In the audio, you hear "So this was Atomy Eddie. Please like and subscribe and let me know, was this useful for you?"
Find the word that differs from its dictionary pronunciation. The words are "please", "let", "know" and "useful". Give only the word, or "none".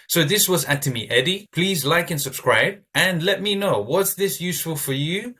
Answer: none